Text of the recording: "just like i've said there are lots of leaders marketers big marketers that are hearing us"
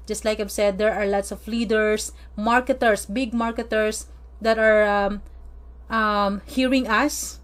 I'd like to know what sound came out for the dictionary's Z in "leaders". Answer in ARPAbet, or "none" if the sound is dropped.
S